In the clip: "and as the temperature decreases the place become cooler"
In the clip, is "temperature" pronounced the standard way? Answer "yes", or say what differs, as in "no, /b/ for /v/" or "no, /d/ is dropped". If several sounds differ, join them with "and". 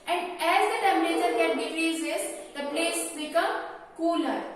no, /p/ is dropped